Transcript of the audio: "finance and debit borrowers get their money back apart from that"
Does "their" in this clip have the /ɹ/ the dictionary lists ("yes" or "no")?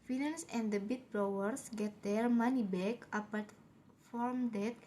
no